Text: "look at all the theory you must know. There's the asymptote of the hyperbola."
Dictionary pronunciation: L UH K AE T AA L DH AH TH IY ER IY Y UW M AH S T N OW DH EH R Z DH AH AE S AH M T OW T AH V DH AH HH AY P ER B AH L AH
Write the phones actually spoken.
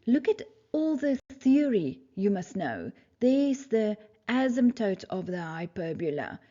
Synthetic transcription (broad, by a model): L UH K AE T AA L DH AH TH IY ER IY Y UW M AH S T N OW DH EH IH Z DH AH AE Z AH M T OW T AH V DH AH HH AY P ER B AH L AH